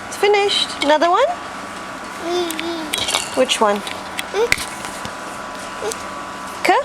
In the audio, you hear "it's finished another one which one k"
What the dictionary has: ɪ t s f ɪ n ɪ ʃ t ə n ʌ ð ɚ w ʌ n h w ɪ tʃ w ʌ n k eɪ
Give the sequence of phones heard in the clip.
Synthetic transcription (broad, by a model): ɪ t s f ɪ n ɪ ʃ t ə n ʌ ð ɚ w ʌ n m w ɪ tʃ w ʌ n k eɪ